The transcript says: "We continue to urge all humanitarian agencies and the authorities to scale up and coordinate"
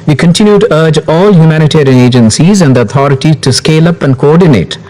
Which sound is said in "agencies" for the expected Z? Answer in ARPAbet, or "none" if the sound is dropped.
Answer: Z